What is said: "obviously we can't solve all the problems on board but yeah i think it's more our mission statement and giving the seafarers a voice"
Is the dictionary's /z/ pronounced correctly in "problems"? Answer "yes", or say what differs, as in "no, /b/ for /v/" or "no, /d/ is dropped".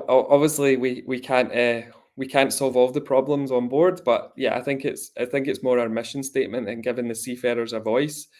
yes